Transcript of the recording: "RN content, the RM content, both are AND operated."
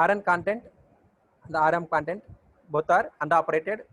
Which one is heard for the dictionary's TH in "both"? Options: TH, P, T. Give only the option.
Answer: T